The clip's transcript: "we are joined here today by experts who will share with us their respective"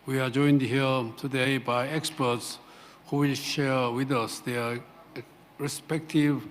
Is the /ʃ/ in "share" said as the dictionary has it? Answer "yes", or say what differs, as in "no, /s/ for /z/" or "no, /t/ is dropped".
yes